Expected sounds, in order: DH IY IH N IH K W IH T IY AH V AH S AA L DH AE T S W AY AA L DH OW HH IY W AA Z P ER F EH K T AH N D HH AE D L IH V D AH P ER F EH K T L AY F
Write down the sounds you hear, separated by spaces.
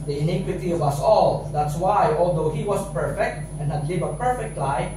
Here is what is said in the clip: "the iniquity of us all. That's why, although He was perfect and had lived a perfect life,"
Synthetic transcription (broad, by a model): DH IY IH N IH K W IH T IY AH V AH S AA L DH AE T S W AY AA L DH OW HH IY W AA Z P ER F EH K T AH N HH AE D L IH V AH P ER F EH K T L AY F